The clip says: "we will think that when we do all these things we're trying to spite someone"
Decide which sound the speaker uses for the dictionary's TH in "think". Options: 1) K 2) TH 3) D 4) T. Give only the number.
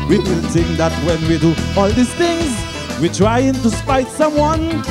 4